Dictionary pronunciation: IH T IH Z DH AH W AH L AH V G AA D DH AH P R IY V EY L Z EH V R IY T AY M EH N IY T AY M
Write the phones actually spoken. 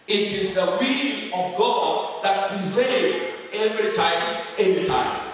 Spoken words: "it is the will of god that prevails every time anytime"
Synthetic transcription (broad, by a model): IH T IH Z DH AH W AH N AH V G AA D DH AH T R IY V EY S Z EH V R IY T AY M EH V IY T AY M